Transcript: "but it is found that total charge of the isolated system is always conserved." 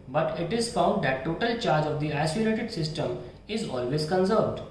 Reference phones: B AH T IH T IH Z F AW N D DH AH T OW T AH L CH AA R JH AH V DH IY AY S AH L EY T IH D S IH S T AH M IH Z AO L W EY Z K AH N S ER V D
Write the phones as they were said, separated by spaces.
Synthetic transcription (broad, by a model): B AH T IH T IH Z F AW N D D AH T OW T AH L CH AA R JH AH V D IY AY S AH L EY T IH D S IH S T AH M IH Z AO L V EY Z K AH N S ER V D